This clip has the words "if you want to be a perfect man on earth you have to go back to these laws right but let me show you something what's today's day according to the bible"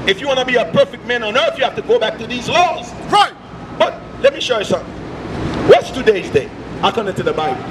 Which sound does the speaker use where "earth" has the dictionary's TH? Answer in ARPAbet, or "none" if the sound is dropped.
TH